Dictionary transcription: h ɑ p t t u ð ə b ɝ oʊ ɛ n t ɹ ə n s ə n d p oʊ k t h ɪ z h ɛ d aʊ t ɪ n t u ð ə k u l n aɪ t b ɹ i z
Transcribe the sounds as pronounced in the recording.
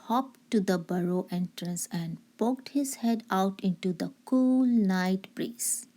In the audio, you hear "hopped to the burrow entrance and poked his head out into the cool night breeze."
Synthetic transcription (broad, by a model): h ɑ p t t u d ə b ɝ oʊ ɛ n t ɹ ə n s ə n d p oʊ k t h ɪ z h ɛ d aʊ t ɪ n t u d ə k u l n aɪ t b ɹ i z